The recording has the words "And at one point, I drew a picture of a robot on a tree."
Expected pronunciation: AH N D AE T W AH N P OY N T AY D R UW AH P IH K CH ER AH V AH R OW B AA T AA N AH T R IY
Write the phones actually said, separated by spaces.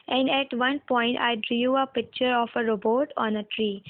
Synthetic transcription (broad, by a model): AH N D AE T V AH N P OY N T AY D R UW AH P IH K CH ER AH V AH R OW B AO T AA N AH T R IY